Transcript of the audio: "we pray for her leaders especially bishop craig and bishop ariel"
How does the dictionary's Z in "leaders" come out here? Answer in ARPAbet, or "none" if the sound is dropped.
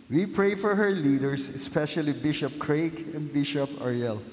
S